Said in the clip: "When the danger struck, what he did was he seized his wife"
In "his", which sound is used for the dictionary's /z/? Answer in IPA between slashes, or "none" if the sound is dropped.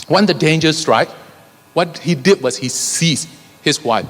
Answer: /s/